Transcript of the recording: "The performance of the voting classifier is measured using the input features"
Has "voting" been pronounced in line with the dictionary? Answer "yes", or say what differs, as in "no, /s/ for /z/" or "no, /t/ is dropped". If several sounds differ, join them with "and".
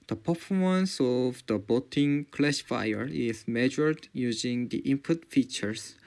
no, /b/ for /v/